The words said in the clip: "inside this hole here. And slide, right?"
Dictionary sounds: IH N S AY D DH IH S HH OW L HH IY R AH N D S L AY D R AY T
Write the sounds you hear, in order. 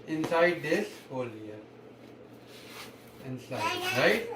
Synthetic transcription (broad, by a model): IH N S AY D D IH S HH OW L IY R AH N S AY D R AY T